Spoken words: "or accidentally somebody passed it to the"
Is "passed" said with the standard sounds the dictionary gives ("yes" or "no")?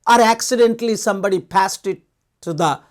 yes